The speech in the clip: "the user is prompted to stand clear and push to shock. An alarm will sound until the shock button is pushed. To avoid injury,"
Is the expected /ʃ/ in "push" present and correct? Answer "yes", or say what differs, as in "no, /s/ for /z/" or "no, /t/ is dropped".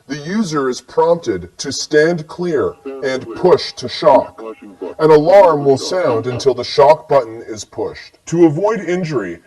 yes